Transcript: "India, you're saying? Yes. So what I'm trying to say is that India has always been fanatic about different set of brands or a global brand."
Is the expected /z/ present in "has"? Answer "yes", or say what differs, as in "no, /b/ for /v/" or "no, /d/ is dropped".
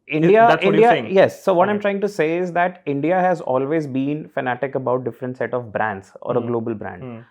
yes